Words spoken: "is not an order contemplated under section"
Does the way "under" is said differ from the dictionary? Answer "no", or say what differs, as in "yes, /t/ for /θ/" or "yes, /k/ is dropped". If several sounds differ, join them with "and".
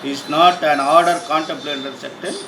yes, /n/ is dropped